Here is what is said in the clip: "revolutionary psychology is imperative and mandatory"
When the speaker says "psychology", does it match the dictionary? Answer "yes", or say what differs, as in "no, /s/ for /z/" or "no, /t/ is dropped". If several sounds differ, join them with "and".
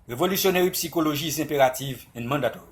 no, /ʒ/ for /dʒ/